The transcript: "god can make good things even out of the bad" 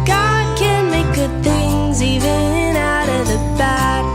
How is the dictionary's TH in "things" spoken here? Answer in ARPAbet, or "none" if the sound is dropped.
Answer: TH